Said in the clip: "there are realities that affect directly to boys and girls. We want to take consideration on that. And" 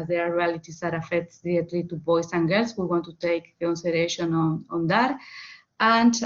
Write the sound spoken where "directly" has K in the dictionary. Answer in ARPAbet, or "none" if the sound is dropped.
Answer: none